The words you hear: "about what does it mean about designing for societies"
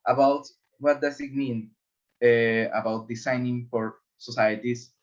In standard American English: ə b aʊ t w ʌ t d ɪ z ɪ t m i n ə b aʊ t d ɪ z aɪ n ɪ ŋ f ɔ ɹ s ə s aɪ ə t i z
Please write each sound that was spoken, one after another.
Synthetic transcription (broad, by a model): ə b aʊ t w ʌ t d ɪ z ɪ t m i n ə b aʊ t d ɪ s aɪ n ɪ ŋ f ɔ ɹ s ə s aɪ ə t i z